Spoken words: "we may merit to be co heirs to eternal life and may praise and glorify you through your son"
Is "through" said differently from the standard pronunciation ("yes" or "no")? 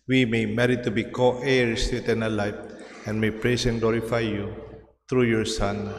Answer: yes